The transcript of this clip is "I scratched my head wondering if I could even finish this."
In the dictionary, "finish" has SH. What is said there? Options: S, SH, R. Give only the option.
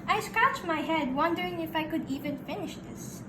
SH